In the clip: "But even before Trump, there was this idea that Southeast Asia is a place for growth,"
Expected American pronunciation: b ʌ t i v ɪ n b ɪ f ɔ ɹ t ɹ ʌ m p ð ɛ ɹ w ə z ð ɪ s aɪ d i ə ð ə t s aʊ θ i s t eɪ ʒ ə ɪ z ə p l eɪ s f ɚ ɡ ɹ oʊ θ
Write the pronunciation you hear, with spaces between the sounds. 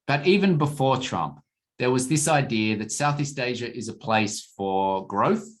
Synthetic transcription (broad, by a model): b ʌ t i v ɪ n b ɪ f ɔ ɹ t ɹ ʌ m p ð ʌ ɹ w ə z ð ɪ s aɪ d i ə ð ə t s aʊ θ i s t eɪ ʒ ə ɪ z ə p l eɪ s f ɚ ɡ ɹ oʊ θ